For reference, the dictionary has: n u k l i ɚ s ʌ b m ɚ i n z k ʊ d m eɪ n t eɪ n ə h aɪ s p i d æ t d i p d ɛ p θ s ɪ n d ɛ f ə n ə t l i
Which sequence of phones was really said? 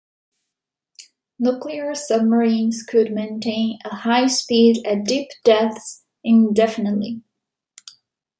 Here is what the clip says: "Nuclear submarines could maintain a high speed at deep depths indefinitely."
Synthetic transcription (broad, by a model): n u k l i ɚ s ʌ b m ɚ i n z k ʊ d m eɪ n t eɪ n ə h aɪ s p i d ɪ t d i p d ɛ θ s ɪ n d ɛ f ə n ə t l i